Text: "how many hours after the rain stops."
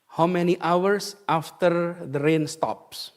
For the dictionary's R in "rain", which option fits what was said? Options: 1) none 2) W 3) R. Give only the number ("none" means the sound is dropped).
3